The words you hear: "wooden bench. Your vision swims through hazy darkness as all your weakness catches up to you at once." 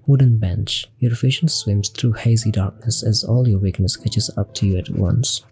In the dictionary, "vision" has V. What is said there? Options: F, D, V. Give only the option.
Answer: F